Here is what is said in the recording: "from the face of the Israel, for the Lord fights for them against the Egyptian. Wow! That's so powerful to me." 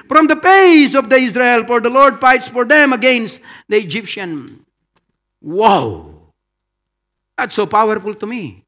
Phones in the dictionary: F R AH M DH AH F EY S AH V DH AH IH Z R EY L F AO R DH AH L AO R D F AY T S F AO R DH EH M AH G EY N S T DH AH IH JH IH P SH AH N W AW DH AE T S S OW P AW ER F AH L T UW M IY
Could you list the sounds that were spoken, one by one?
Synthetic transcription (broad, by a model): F R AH M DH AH P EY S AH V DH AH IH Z R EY L F AO R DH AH L AO R D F AY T S F AO R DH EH M AH G EY N S T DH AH IH JH IH P SH AH N W AW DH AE T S S OW P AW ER F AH L T UW M IY